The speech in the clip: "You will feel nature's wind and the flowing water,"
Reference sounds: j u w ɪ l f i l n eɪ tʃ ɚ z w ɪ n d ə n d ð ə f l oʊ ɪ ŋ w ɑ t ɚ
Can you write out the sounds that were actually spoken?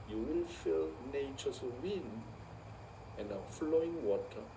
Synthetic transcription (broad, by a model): j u w ɪ l f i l n eɪ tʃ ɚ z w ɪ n ə n d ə f l oʊ ɪ ŋ w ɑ t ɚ